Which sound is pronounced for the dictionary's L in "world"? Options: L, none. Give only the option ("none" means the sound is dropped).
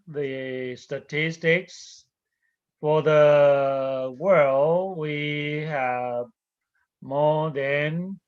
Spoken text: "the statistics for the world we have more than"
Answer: L